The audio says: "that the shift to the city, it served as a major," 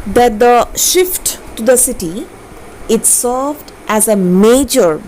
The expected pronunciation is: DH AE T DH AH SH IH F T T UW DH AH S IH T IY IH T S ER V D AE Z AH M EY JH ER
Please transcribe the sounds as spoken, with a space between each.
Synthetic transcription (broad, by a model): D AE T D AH SH IH F T T UW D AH S IH T IY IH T S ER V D AE Z AH M EY JH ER